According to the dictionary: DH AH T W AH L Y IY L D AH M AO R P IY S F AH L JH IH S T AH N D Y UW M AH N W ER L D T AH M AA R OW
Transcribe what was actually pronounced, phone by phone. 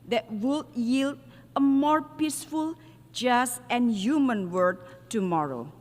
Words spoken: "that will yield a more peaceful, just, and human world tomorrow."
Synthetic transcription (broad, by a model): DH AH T W AH L Y IY L D AH M AO R P IY S F AH L JH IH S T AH N Y UW M AH N W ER D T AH M AA R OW